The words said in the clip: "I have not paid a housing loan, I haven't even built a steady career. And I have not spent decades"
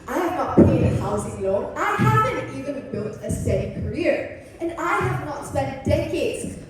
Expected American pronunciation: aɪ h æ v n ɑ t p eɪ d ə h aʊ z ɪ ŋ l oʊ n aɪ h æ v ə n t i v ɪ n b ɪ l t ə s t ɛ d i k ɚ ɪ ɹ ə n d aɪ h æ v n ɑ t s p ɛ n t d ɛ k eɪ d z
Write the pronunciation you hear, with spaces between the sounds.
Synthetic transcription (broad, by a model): aɪ h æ v n ɑ t p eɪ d ə h aʊ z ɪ ŋ l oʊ aɪ h æ v ə n t i v ɪ n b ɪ l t ə s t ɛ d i k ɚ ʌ ɹ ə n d aɪ h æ v n ɑ t s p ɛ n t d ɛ k eɪ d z